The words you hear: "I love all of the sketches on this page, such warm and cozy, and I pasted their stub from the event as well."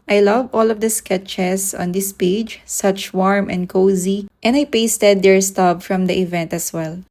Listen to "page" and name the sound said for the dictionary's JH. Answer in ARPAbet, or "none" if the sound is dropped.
JH